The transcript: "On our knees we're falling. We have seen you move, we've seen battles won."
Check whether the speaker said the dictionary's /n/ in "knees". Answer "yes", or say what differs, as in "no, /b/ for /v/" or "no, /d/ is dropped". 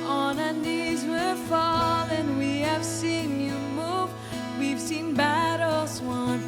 yes